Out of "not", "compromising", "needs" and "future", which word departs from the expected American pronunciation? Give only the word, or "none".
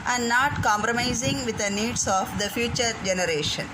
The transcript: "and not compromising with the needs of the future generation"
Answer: needs